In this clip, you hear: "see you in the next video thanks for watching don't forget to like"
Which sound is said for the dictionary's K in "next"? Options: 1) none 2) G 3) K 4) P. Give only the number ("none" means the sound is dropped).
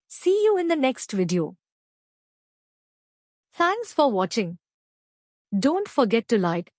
3